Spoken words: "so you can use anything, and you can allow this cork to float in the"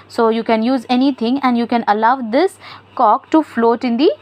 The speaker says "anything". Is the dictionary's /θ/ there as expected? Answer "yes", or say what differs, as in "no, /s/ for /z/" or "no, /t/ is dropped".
no, /t/ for /θ/